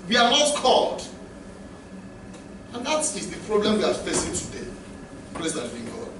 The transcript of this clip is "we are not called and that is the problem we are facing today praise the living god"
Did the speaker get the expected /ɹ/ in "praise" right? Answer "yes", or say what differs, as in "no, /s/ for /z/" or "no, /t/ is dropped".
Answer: no, /l/ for /ɹ/